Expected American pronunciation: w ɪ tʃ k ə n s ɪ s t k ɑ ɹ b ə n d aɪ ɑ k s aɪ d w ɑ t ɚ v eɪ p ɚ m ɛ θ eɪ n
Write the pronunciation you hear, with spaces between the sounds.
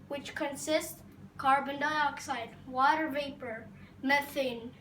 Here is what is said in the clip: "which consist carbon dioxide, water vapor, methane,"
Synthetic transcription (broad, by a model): w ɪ tʃ k ə n s ɪ s t k ɑ ɹ b ə n d aɪ ɑ k s aɪ d w ɑ t ɚ v eɪ p ɚ m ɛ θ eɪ n